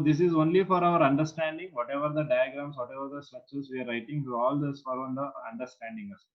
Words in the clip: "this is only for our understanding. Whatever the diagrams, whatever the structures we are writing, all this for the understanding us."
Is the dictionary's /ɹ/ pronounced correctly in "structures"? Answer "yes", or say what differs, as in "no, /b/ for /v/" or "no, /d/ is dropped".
no, /ɹ/ is dropped